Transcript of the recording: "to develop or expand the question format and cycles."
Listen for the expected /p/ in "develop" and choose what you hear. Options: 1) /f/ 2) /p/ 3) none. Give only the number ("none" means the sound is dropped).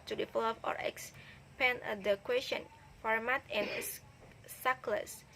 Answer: 1